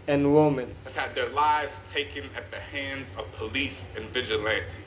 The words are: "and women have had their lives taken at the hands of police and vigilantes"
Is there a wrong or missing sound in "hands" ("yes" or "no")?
no